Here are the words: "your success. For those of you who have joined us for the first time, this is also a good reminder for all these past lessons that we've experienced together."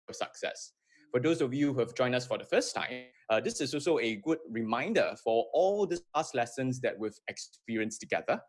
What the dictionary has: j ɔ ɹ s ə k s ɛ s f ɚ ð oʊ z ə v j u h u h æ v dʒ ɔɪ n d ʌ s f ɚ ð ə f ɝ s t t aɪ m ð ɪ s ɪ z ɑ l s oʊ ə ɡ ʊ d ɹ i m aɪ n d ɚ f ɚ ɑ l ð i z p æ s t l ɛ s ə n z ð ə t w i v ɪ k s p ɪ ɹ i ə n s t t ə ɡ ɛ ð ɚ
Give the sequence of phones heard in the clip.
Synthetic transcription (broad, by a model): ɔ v s ə k s ɛ s f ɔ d oʊ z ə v j u h u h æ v dʒ ɔɪ n ʌ s f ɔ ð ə f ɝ s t t aɪ m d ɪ s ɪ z ɑ l s oʊ ə ɡ ʊ d ɹ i m aɪ n d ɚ f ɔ ɑ l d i s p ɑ s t l ɛ s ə n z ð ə t w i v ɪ k s p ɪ ɹ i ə n s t t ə ɡ ɛ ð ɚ